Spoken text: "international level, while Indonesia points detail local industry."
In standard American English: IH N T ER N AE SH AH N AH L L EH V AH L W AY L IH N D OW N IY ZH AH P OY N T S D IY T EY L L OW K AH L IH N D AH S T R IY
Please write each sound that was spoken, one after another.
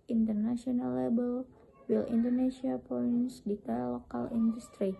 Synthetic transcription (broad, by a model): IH N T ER N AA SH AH N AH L L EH B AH L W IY L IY N D OW N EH S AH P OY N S D IY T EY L L OW K AH L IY N D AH S T R IY